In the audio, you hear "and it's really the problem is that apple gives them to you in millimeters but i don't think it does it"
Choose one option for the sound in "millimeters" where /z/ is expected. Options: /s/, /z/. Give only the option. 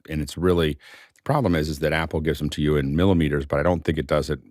/z/